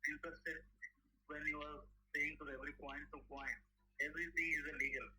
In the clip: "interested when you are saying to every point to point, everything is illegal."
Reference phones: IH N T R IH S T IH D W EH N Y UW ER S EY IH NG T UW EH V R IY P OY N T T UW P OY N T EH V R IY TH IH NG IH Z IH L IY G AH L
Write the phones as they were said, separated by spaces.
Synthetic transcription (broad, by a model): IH N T R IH S T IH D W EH N Y UW ER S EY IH NG T UW EH V R IY P OY N T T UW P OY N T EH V R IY T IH NG IH Z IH L IY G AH L